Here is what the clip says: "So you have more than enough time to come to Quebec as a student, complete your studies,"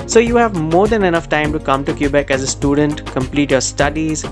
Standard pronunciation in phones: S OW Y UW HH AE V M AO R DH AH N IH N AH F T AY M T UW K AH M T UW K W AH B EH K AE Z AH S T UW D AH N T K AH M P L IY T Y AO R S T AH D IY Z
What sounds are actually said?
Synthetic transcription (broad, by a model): S OW Y UW HH AE V M AO R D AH N IH N AH F T AY M T UW K AH M T UW K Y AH B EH K AE Z AH S T UW D AH N T K AH M P L IY T Y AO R S T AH D IY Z